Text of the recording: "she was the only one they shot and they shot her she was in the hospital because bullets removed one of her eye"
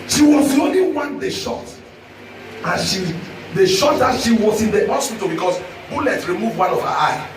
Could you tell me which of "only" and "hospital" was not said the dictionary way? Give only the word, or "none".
hospital